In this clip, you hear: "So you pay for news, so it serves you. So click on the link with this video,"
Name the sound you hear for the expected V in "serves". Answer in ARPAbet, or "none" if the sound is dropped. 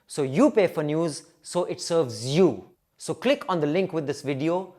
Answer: V